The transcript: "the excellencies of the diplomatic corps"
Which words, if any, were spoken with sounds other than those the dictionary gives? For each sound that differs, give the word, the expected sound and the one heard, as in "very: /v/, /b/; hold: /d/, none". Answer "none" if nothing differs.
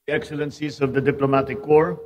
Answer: none